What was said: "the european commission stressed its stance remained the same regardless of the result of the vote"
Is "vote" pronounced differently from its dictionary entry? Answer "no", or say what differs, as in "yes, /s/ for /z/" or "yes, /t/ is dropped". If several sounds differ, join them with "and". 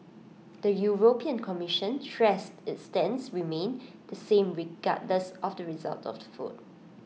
yes, /f/ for /v/